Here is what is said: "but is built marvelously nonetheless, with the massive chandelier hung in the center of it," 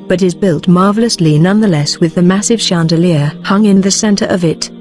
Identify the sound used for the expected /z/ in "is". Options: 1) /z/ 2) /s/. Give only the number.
1